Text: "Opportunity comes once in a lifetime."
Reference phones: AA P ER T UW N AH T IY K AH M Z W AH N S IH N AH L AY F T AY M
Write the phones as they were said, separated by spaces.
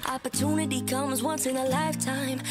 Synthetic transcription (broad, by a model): AA P ER T UW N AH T IY K AH M Z W AH N S IH N AH L AY F T AY M